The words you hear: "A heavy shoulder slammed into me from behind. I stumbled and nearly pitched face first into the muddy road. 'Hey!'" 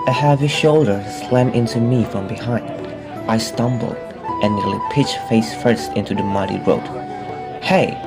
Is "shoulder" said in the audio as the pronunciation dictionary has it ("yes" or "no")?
yes